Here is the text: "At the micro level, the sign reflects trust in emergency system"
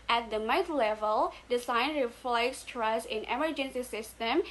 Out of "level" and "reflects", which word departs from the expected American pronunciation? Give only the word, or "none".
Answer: none